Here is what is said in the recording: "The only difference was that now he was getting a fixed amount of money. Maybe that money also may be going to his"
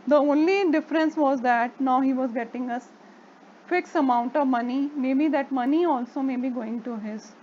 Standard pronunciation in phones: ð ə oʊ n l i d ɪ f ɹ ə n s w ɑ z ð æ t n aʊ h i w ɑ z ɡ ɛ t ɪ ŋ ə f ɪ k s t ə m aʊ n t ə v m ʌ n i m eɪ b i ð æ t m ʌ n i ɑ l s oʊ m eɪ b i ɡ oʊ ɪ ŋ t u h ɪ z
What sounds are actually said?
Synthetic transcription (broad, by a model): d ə oʊ n l i d ɪ f ɹ ə n s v ɑ z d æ t n aʊ h i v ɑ z ɡ ɛ t ɪ ŋ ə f ɪ k s ə m aʊ n t ə v m ʌ n i m eɪ b i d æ t m ʌ n i ɑ l s oʊ m eɪ b i ɡ oʊ ɪ ŋ t u h ɪ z